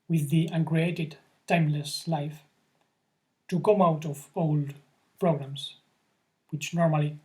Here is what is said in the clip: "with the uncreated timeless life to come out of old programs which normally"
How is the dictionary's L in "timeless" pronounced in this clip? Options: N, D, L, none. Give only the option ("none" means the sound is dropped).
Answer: L